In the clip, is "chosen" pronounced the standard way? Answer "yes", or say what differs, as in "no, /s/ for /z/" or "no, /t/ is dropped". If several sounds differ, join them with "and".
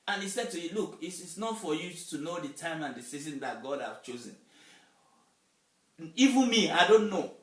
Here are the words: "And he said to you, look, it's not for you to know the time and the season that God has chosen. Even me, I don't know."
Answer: yes